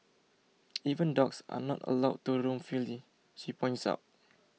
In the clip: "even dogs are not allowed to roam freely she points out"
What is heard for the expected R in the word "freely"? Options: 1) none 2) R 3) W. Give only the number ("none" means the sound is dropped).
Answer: 1